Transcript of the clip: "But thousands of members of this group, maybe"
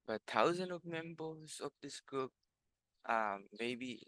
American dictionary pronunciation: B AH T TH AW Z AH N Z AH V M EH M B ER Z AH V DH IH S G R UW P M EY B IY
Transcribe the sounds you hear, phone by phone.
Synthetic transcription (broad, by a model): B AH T T AW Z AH N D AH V M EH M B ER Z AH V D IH S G R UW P M EY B IY